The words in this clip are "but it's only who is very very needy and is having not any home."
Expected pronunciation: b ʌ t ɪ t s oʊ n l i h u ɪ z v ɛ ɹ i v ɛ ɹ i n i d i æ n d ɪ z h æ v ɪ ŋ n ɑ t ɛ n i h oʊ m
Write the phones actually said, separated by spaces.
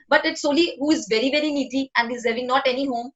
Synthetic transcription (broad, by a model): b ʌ t ɪ t s oʊ l i h u ɪ z v ɛ ɹ i v ɛ ɹ i n i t i æ n d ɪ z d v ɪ ŋ n ɑ t ɛ n i h oʊ m